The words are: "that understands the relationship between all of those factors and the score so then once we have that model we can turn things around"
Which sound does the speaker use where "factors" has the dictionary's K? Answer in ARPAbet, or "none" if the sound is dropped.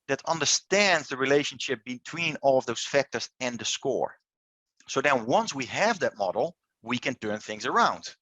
K